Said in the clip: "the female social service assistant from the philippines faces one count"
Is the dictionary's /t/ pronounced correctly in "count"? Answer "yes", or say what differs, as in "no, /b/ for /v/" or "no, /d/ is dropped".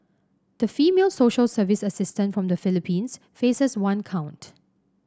yes